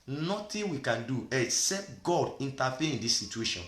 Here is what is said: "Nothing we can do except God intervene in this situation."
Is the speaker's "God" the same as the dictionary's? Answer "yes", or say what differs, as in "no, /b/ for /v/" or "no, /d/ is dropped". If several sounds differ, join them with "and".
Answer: yes